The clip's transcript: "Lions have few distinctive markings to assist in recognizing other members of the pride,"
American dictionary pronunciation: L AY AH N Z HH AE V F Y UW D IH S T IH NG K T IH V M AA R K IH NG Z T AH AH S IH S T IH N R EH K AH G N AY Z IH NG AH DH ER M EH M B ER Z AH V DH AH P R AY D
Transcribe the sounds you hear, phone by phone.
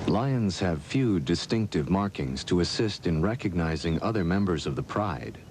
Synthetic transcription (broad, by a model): L AY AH N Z HH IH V F Y UW D IH S T IH NG K T IH V M AA R K IH NG Z T AH AH S IH S T IH N R EH K AH G N AY Z IH NG AH DH ER M EH M B ER Z AH V DH AH P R AY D